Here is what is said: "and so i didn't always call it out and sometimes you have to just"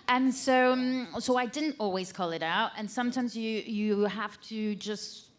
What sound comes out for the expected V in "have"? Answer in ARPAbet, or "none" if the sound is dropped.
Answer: F